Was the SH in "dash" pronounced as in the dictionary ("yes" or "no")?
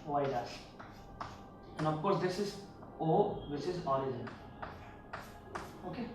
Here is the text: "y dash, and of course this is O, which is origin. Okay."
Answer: no